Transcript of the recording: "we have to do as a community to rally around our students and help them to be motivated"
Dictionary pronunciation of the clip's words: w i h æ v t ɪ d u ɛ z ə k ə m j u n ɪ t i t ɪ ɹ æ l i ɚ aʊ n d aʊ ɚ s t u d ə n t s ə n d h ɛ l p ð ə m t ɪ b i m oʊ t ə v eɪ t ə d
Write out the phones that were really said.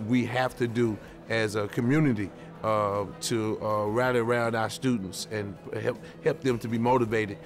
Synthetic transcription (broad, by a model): w i h æ f t ɪ d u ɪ z ə k ə m j u n ɪ t i t ɪ ɹ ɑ i ɚ aʊ n d aʊ ɚ s t u d n t s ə n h h ɛ l p ð ə m t ɪ b i m oʊ t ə v eɪ t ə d